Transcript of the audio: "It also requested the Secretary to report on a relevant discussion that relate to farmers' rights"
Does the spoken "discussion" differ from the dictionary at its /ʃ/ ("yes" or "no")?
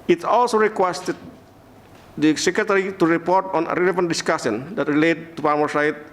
yes